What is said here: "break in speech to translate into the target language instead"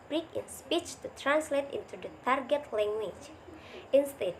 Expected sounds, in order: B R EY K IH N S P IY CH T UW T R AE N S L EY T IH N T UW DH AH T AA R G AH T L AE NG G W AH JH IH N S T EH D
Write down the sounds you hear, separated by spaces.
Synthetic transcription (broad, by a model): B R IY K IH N S P IY CH T UW T R AE N S L EY T IH N T UW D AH T AA R G AH T L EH NG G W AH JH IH N S T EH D